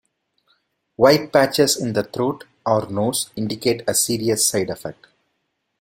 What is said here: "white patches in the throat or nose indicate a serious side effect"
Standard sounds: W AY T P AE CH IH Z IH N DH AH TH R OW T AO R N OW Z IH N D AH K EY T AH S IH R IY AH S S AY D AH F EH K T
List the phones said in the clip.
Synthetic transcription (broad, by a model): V AY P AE CH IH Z IH N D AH T R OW T AO R N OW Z IH N D AH K EY T AH S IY R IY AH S S AY D AH F EH K T